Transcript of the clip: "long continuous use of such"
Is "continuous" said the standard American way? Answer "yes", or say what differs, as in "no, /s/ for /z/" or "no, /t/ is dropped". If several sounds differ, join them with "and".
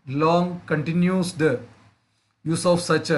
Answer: no, /s/ is dropped